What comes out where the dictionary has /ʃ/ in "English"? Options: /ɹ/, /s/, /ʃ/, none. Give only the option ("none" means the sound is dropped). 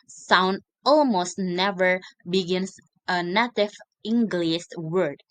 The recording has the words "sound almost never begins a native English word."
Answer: /s/